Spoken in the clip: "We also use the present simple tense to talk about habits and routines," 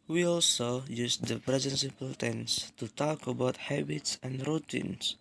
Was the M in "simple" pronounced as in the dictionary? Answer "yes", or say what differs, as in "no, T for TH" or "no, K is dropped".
no, M is dropped